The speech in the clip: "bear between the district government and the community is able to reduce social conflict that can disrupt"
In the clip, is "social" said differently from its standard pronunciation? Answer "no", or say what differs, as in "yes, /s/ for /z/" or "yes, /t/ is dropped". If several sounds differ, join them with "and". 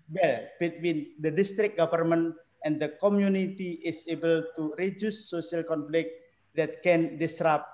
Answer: yes, /ʃ/ is dropped